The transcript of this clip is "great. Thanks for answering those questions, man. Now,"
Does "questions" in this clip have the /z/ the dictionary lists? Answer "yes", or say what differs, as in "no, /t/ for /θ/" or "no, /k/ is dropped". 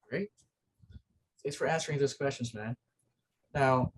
yes